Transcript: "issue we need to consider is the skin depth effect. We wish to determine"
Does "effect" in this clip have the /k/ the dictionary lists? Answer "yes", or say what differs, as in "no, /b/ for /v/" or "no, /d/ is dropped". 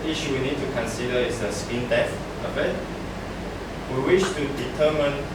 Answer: no, /k/ is dropped